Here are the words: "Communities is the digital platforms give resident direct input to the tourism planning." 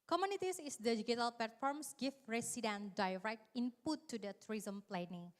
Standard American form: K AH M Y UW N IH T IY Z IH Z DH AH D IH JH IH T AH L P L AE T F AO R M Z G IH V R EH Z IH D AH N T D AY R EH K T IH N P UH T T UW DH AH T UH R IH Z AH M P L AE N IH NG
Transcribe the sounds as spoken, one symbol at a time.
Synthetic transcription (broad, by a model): K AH M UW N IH T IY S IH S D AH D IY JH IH T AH L P L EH T F AO R M S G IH F R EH S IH D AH N D AY R EH K T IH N P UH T T UW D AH T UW R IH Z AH M P L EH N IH NG